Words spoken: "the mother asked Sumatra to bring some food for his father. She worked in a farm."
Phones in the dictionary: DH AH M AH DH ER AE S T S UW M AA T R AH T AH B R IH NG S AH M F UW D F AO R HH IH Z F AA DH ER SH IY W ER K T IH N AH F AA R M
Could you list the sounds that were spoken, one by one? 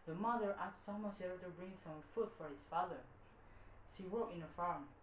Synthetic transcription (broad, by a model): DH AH M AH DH ER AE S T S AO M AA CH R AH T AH B R IH NG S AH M F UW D F AO R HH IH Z F AA DH ER SH IY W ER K IH N AH F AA R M